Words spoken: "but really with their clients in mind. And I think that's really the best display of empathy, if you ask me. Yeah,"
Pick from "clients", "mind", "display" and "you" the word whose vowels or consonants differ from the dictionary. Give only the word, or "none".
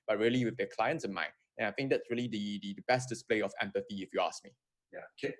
mind